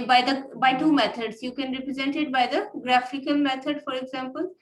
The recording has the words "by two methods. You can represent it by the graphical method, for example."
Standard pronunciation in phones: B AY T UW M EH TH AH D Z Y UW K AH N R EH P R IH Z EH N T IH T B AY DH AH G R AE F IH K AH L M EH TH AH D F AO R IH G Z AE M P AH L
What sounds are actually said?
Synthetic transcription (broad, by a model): B AY T UW M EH T AH D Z Y UW K AH N R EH P R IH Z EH N T IH T B AY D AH G R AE F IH K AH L M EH T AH D F AO R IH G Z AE M P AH L